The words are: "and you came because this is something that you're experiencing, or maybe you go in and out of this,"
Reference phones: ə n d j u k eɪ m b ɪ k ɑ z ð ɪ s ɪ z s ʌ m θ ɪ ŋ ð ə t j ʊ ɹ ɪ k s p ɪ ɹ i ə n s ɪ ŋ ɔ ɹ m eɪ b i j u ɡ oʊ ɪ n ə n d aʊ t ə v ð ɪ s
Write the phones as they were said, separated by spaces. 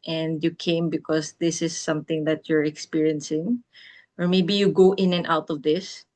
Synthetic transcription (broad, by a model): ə n d j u k eɪ m b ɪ k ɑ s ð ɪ s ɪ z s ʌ m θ ɪ ŋ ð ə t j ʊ ɹ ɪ k s p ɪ ɹ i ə n s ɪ ŋ ɔ ɹ m eɪ b i j u ɡ oʊ ɪ n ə n aʊ t ə v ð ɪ s